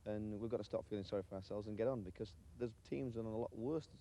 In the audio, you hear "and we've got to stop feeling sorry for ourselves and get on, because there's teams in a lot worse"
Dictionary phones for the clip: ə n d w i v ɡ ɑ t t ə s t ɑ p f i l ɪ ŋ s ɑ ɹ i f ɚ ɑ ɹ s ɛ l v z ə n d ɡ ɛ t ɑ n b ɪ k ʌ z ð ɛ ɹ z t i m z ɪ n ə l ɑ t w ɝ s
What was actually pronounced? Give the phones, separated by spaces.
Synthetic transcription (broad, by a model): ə n w i v ɡ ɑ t t ə s t ɑ p f i l ɪ ŋ s ɑ ɹ i f ɚ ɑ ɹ s ɛ l v z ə n ɡ ɛ t n b ɪ k ʌ z ð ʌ z t i m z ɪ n ə l ɑ t w ɝ s